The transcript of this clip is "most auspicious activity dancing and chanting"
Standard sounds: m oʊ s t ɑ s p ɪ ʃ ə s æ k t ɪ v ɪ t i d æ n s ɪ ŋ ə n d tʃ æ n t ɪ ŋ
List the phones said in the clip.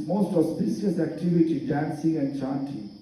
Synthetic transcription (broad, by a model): m oʊ s t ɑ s b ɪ s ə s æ k t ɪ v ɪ t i d æ n s ɪ ŋ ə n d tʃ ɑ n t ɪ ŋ